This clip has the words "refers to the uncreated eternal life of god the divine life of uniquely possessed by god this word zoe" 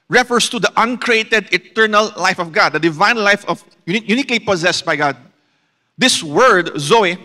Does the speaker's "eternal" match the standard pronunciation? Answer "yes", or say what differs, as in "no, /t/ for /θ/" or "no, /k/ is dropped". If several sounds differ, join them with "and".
yes